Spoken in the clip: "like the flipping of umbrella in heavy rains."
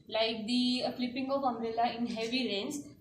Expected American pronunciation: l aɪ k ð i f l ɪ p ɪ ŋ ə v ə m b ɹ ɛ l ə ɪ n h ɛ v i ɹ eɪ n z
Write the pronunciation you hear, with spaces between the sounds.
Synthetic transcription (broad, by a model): l aɪ k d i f l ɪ p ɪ ŋ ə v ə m ɹ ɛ l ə ɪ n h ɛ v i ɹ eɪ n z